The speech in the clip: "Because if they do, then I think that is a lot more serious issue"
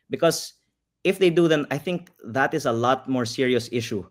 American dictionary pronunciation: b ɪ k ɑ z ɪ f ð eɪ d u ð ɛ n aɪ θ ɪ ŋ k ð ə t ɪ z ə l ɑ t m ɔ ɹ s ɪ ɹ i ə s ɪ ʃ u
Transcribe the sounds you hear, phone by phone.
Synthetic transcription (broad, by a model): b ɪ k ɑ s ɪ f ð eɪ d u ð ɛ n aɪ θ ɪ ŋ k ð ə t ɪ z ə l ɑ t m ɔ ɹ s ɪ ɹ i ə s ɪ ʃ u